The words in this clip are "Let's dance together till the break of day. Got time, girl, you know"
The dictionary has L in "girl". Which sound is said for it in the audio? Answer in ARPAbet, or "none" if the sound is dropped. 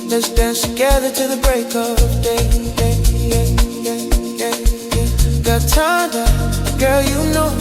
L